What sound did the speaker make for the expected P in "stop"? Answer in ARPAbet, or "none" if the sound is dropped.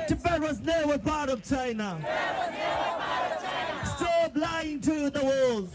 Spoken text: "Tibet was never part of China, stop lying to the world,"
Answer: B